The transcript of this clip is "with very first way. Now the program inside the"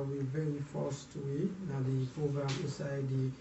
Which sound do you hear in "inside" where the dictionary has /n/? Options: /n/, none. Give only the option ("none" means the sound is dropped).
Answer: none